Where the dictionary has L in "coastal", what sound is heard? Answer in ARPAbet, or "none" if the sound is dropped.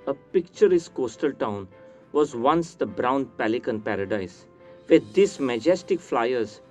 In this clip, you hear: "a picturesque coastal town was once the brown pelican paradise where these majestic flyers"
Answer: L